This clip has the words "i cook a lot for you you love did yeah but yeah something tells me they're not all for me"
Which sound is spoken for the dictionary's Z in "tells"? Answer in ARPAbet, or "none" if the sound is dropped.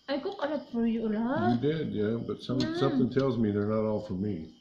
Z